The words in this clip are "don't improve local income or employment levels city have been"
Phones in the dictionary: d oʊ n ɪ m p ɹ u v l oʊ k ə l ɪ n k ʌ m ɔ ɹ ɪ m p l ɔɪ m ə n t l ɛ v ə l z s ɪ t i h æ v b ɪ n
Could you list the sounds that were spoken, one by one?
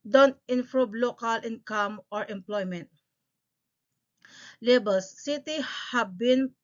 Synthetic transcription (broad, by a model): d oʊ n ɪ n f ɹ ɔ b l oʊ k ə l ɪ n k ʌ m ɔ ɹ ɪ m p l ɔɪ m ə n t l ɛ b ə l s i t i h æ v b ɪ n